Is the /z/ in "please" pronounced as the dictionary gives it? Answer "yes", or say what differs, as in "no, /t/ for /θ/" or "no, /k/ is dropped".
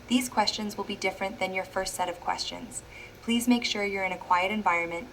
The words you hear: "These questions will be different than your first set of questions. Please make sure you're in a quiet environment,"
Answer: yes